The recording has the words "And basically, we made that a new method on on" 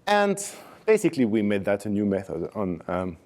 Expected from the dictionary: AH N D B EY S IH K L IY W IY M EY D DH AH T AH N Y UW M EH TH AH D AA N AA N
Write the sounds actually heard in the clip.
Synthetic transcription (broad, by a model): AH N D B EY S IH K L IY W IY M EY D DH AH T AH N Y UW M EH TH AH D N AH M